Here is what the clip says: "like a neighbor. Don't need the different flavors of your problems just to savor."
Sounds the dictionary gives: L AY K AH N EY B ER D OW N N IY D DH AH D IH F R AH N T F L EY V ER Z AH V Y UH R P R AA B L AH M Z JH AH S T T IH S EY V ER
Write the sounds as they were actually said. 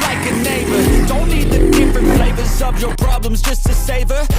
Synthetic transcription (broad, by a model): L AY K AH N EY B ER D OW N N IY D DH AH D IH F R AH N T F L EY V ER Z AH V Y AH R P R AA B L AH M Z JH AH S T T IH S EY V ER